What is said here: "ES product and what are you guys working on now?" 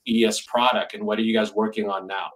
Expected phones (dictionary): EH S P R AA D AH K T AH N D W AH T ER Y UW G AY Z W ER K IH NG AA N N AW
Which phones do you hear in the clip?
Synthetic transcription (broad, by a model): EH S P R AA D AH K T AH N W AH T ER Y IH G AY Z W ER K IH NG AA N N AW